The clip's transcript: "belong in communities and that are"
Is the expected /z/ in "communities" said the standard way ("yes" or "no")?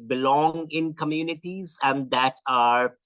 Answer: yes